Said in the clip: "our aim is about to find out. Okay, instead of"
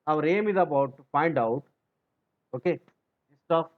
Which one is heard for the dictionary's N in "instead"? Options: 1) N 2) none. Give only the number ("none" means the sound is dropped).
2